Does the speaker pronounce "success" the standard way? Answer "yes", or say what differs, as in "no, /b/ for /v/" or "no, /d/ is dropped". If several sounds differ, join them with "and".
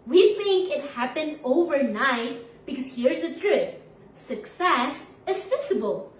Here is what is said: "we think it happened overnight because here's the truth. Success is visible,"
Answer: yes